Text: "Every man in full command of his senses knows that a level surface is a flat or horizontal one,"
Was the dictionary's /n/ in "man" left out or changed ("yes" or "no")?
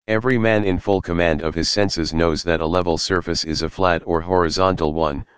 no